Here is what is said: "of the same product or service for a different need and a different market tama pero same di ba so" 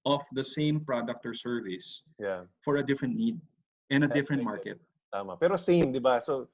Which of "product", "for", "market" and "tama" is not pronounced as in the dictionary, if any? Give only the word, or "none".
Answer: none